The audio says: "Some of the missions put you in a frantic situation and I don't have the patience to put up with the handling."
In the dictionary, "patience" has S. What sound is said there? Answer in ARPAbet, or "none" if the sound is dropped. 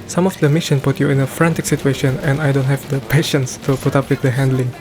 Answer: S